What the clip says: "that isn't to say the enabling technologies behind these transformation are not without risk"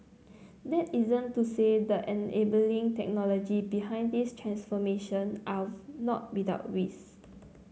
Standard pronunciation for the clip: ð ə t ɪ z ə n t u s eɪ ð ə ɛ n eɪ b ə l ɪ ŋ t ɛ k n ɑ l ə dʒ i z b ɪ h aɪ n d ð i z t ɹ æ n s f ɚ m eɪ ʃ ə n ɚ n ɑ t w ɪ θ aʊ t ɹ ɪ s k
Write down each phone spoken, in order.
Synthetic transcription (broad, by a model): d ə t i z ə n t u s eɪ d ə ɛ n eɪ b ə l ɪ ŋ t ɛ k n ɑ l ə dʒ i b ɪ h aɪ n d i s t ɹ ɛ n s f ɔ m eɪ ʃ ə n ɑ n ɑ t w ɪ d aʊ t w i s